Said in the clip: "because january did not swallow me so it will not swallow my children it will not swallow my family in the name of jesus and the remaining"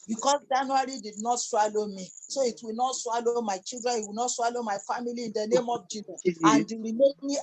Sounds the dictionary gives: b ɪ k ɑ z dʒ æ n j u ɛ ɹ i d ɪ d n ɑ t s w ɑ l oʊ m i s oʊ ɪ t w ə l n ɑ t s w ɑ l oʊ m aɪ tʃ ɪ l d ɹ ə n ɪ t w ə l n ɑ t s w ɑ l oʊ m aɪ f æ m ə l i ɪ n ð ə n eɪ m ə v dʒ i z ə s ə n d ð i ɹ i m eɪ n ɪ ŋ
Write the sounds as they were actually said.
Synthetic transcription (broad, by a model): b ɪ k ɑ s dʒ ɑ n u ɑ ɹ i d ɪ d n ɑ t s w ɑ l oʊ m i s oʊ ɪ t w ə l n ɑ t s w ɑ l oʊ m aɪ tʃ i l d ɹ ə n ɪ t w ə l n ɑ t s w ɑ l oʊ m aɪ f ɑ m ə l i ɪ n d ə n eɪ m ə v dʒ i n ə ə n d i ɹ i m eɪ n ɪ